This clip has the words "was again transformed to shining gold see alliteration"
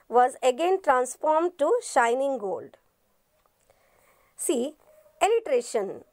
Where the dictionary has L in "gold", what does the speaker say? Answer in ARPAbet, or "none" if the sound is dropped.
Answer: L